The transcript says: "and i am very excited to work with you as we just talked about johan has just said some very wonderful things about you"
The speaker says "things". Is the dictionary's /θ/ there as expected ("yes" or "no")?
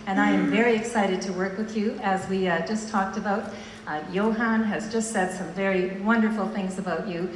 yes